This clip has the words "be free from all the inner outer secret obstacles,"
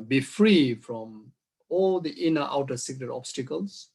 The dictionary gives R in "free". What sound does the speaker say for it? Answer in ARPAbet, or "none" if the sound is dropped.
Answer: R